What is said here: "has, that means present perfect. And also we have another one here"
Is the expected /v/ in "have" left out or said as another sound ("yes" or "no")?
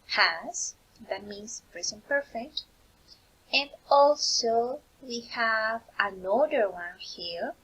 no